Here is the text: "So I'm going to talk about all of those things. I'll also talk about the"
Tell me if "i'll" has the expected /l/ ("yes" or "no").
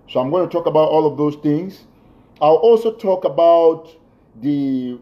yes